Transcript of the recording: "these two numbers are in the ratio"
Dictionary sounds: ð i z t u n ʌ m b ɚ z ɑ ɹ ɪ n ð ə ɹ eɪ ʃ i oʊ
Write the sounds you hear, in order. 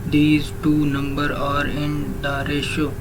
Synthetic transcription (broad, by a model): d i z t u n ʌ m b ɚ ɑ ɹ ɪ n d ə ɹ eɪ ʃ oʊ